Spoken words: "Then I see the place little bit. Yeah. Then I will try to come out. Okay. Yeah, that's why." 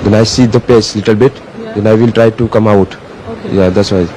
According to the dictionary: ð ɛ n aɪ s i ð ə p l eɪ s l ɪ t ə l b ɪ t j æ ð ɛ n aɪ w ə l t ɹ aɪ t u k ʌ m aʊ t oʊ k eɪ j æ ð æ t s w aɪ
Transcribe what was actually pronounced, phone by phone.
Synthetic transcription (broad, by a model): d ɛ n aɪ s i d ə p eɪ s l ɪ t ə l b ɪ t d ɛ n aɪ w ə l t ɹ aɪ t u k ʌ m aʊ t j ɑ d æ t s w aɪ